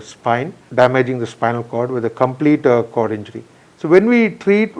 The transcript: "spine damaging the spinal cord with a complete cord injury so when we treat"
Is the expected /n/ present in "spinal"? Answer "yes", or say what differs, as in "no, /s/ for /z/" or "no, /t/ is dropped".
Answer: yes